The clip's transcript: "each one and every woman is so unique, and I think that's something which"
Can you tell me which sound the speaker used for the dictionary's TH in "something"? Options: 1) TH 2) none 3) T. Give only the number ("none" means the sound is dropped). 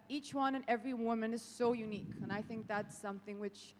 1